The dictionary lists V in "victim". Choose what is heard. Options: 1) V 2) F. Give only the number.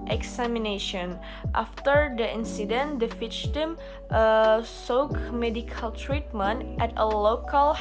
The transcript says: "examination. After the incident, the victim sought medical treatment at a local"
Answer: 2